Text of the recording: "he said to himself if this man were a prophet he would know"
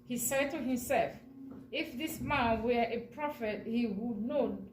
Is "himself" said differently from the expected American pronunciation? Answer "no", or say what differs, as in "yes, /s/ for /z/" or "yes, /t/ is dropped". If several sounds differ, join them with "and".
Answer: no